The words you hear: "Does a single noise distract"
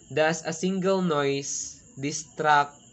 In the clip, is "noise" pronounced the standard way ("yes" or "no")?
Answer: no